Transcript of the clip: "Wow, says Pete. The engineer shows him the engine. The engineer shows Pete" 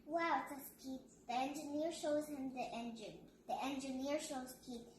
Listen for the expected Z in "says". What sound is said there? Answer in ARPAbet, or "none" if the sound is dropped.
S